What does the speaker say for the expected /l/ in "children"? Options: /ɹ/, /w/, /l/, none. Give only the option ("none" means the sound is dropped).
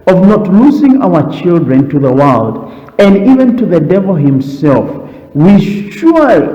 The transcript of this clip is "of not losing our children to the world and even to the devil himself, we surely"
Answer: /l/